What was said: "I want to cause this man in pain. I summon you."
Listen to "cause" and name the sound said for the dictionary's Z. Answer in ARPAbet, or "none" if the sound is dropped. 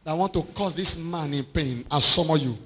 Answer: S